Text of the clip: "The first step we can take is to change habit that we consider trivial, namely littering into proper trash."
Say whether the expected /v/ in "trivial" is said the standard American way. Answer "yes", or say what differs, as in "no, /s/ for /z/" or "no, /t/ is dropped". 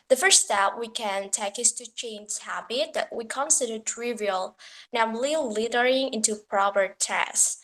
yes